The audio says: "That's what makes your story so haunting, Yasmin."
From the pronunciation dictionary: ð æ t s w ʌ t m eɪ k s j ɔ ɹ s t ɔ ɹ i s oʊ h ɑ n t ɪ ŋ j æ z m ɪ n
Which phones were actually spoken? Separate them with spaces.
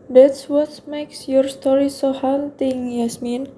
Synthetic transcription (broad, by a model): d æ t s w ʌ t m eɪ k s j ɔ ɹ s t ɔ ɹ i s oʊ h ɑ l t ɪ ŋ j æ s m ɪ n